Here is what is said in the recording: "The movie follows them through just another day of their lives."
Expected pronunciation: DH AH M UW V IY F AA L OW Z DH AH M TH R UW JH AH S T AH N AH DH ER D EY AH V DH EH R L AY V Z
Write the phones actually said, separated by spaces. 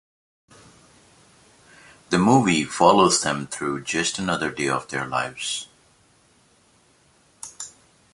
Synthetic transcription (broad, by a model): DH AH M UW V IY F AA L OW Z DH AH M TH R UW JH AH S T AH N AH DH ER D EY AH V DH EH R L AY V Z